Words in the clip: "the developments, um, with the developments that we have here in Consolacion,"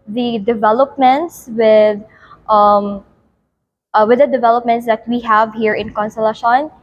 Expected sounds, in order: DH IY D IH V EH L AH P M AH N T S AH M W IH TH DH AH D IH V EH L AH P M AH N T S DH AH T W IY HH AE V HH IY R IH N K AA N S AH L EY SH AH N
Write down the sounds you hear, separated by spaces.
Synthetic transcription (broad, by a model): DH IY D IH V EH L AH P M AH N T S AH M W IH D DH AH D IH V EH L AH P M AH N T S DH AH T W IY HH AE V HH IY R IH N K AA N S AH L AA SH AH N